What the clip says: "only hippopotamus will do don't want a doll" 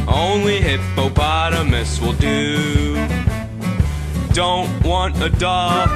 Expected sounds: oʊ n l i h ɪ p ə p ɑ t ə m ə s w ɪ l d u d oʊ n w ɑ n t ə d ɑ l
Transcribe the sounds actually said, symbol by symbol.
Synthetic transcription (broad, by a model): oʊ n l i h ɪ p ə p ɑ t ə m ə s w ɪ l d u d oʊ n w ɑ n t ə d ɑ